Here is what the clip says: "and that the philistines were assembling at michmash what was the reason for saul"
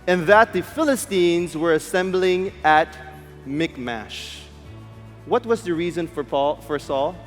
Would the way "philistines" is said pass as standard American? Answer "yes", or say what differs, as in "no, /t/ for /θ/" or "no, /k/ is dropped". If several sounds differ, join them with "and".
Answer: yes